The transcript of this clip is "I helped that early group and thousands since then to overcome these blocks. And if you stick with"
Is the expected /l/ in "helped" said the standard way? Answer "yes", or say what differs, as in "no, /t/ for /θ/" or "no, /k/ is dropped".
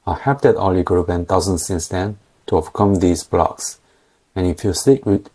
no, /l/ is dropped